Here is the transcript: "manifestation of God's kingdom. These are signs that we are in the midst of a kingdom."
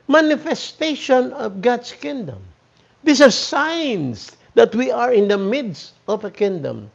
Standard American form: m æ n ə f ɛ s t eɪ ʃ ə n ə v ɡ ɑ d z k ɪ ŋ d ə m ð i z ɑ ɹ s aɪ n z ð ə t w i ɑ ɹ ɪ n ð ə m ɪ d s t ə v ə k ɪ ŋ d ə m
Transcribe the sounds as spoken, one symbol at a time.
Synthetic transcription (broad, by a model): m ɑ n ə f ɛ s t eɪ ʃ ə n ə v ɡ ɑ d s k ɪ ŋ d ə m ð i s ɑ ɹ s aɪ n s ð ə t w i ɑ ɹ ɪ n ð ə m ɪ d s t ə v ə k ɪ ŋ d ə m